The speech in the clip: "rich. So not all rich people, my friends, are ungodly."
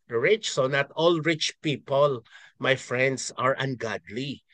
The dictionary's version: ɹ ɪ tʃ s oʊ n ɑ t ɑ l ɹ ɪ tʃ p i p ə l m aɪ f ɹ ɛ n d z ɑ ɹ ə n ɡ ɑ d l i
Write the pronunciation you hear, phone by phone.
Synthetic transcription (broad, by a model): ɹ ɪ tʃ s oʊ n ɑ t ɑ l ɹ ɪ tʃ p i p ə l m aɪ f ɹ ɛ n d s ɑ ɹ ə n ɡ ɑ d l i